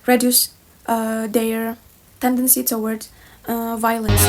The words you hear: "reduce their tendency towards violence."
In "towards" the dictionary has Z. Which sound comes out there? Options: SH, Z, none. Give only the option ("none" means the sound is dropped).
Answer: none